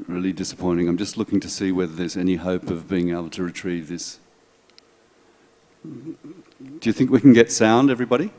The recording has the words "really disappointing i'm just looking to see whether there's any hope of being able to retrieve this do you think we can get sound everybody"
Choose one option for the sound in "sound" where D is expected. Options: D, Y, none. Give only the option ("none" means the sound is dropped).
D